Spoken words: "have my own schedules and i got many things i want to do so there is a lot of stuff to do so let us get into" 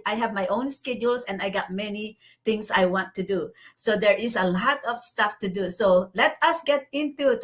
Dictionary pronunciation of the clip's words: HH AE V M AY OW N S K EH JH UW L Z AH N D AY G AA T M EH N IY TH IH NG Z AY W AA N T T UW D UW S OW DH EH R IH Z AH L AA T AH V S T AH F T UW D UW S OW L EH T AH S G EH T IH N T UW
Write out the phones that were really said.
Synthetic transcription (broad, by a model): HH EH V M AY OW N S K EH JH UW L S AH N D AY G AA T M EH N IY T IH NG S AY W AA N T T UW D UW S OW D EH R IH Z AH L AA T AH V S T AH F T UW D UW S OW L EH T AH S G EH T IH N T UW